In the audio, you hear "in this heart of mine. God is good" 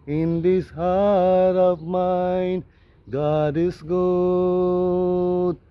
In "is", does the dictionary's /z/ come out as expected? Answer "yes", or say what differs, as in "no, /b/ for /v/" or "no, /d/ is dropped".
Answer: no, /s/ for /z/